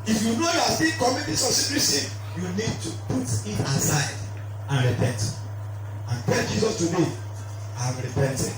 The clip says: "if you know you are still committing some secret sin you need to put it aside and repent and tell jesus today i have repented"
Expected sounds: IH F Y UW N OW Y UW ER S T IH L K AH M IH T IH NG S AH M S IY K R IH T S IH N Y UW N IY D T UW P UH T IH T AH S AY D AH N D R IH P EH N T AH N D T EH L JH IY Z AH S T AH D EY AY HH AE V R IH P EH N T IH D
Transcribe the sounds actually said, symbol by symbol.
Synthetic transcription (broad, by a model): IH F Y UW N OW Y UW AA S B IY N K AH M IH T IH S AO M S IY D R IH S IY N Y UW N IY D T UW P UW T IH T AH S AY D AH N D R IH P EH N T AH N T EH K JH IY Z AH S T AH D EY AY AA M R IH P EH N T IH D